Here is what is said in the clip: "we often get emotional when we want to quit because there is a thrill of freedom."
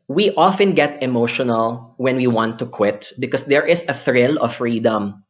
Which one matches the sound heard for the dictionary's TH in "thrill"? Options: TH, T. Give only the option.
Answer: TH